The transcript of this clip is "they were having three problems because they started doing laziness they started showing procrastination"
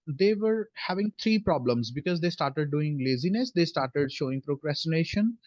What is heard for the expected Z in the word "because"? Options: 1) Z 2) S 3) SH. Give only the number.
1